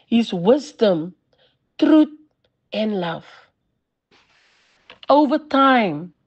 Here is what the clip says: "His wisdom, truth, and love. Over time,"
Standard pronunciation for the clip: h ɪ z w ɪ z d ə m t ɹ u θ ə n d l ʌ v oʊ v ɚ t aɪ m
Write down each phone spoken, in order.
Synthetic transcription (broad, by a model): h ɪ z w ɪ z d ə m t ɹ u t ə n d l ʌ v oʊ v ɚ t aɪ m